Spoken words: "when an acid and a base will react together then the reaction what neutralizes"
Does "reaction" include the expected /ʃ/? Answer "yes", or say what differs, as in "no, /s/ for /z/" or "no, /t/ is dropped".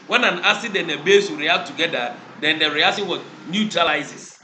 no, /s/ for /ʃ/